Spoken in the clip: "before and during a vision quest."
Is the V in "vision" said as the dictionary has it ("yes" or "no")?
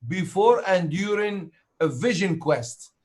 yes